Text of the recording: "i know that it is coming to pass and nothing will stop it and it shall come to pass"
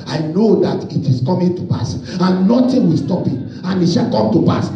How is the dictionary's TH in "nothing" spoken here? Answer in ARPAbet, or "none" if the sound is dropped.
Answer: T